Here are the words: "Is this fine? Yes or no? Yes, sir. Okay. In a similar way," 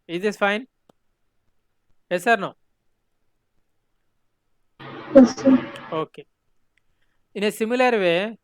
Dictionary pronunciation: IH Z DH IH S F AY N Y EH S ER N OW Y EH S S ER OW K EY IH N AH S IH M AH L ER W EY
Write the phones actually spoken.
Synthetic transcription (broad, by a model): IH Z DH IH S F AY N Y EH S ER N OW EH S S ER OW K EY IH N AH S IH M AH L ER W EY